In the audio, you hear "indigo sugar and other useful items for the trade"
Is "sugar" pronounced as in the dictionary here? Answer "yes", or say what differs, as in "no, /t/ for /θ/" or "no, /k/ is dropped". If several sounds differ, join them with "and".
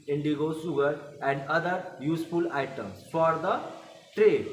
no, /s/ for /ʃ/